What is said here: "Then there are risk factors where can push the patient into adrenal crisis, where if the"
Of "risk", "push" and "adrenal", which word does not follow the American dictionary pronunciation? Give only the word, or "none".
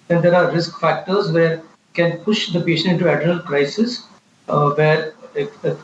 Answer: adrenal